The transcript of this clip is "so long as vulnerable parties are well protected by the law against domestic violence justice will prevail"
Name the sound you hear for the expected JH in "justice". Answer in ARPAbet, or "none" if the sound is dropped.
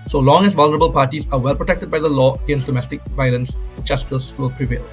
CH